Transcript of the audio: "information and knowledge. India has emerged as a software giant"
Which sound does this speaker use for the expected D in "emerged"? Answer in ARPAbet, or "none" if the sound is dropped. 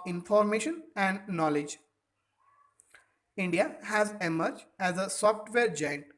none